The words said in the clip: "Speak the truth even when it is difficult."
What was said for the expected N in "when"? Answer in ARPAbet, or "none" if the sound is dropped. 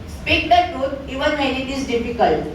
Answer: L